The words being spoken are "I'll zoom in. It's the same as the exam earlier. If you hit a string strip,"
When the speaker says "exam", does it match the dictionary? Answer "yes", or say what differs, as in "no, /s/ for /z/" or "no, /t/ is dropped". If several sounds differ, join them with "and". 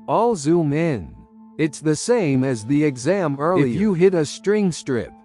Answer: yes